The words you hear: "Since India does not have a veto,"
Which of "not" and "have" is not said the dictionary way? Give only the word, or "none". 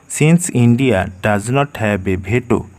have